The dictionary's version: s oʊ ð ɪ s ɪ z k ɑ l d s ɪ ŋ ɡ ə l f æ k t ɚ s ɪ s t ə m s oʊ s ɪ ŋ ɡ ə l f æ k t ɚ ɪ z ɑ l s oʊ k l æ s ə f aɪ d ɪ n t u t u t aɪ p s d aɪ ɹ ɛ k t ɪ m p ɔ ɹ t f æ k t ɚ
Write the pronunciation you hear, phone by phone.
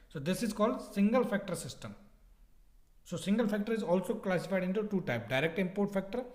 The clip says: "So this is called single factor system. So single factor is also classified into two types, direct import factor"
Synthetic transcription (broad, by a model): s oʊ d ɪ s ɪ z k ɑ l d s ɪ ŋ ɡ ə l f æ k t ɚ s ɪ s t ə m s oʊ s ɪ ŋ ɡ ə l f æ k t ɚ ɪ z ɑ l s oʊ k l æ s ə f aɪ d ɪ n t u t u t aɪ p d aɪ ɹ ɛ k t ɪ m p ɔ ɹ t f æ k t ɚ